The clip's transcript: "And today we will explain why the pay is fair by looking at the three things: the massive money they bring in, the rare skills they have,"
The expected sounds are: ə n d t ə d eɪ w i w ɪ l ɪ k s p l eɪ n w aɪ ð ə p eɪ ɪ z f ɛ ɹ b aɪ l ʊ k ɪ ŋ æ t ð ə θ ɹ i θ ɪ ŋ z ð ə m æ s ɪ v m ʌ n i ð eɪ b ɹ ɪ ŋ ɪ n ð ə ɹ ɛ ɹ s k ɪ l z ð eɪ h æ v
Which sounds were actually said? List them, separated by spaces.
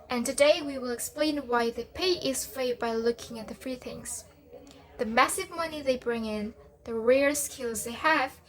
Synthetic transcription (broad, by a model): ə n t ə d eɪ w i w ɪ l ɪ k s p l eɪ n w aɪ ð ə p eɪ ɪ z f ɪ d b aɪ l ʊ k ɪ ŋ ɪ t ð ə f ɹ i θ ɪ ŋ z ð ə m æ s ɪ v m ʌ n i ð eɪ b ɹ ɪ ŋ ɪ n ð ə ɹ ɛ ɹ s k ɪ l z ð eɪ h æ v